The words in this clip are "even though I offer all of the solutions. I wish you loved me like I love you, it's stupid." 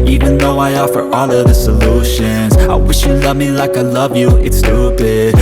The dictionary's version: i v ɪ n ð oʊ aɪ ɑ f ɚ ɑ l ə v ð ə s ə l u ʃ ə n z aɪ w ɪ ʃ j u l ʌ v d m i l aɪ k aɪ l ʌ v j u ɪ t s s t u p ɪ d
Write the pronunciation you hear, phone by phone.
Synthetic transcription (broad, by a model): i v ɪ n ð oʊ aɪ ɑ f ɚ ɑ l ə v ð ə s ə l u ʃ ə n z aɪ w ɪ ʃ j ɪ l ʌ v m i l aɪ k aɪ l ʌ v j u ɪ t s s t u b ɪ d